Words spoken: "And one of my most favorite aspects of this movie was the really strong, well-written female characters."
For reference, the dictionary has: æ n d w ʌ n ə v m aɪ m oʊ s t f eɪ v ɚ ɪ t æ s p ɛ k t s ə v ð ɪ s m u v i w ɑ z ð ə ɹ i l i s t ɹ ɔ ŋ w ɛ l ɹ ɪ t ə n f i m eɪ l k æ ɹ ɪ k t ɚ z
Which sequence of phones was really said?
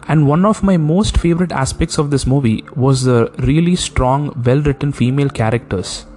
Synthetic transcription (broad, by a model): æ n d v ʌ n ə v m aɪ m oʊ s t f eɪ v ɚ ɪ t æ s p ɛ k t s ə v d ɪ s m u v i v ɑ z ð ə ɹ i l i s t ɹ ɔ ŋ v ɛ l ɹ ɪ t ə n f i m eɪ l k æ ɹ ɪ k t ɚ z